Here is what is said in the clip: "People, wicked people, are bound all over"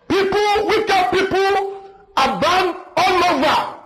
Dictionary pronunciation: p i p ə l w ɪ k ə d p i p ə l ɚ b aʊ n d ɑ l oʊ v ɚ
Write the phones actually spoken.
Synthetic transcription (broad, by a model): p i p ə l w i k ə p i p ə l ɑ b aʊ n ɑ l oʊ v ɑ